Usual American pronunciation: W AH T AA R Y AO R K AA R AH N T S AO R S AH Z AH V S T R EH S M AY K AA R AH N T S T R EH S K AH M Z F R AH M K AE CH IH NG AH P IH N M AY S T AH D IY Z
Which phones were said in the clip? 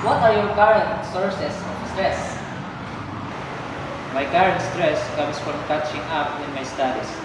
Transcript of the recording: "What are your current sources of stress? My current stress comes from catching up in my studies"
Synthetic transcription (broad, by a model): W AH T AA R Y AO R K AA R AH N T S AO R S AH S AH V S T R EH S M AY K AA R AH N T S T R EH S K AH M S F R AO M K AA CH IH NG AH P IH N M AY S T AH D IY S